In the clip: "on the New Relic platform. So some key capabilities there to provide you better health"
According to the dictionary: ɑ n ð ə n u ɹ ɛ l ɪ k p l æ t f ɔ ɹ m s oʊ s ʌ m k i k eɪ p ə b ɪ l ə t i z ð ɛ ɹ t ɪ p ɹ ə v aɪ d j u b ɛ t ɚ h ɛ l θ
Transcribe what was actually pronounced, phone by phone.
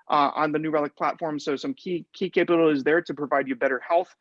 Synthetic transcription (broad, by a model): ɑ n ð ə n u ɹ ɛ l ɪ k p l æ t f ɔ ɹ m s oʊ s ʌ m k i k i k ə ɪ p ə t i z ð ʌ ɹ t ɪ p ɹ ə v aɪ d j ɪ b ɛ t ɚ h ɛ l θ